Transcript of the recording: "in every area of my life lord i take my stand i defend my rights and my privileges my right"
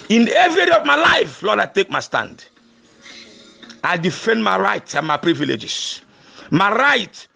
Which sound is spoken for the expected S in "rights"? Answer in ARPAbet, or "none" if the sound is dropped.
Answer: none